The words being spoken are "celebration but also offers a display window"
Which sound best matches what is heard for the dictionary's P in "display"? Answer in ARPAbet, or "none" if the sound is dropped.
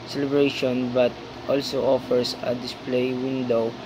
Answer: P